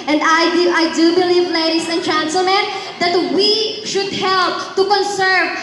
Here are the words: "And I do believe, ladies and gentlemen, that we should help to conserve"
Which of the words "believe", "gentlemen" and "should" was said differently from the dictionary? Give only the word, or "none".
gentlemen